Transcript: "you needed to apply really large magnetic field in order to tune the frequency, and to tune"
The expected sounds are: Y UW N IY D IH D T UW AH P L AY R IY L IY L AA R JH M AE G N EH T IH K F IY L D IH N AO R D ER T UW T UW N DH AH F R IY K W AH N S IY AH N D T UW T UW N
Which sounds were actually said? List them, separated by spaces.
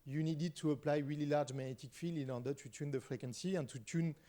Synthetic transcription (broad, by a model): Y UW N IY D IH D T UW AH P L AY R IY L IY L AA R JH M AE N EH T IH K F IY L IH N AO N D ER T UW T UW N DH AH F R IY K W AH N S IY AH N T UW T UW N